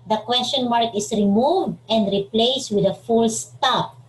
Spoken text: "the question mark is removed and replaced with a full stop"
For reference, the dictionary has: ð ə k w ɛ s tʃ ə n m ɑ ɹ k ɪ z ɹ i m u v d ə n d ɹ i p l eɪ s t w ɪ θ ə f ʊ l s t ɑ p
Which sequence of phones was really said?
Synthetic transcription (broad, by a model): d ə k w ɛ s tʃ ə n m ɑ ɹ k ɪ s ɹ i m u v d ə n d ɹ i p l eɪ s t w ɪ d ə f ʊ l s t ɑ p